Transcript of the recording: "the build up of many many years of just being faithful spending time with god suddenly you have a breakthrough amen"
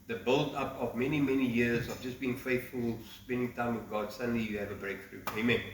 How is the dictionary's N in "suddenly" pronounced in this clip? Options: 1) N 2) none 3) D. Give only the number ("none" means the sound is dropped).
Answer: 1